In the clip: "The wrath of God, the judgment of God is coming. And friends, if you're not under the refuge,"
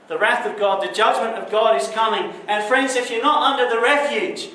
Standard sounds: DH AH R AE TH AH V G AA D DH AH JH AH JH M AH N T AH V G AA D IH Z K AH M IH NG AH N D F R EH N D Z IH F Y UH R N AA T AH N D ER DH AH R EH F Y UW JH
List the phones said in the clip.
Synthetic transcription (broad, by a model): DH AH R AE TH AH V G AA D DH AH JH AH JH M AH N T AH V G AA D IH Z K AH M IH NG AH N F R EH N D Z IH F Y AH R N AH T AH N D ER DH AH R EH F Y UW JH